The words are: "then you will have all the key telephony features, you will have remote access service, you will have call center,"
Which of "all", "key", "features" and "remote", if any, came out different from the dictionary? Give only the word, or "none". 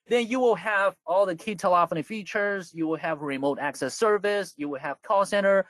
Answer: none